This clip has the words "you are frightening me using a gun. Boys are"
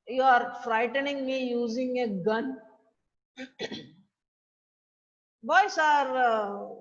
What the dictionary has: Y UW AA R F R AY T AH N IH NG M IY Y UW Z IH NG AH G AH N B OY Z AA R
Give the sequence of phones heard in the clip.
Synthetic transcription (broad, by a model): Y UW AA R F R AY T AH N IH NG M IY Y UW Z IH NG AH G AH N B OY S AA R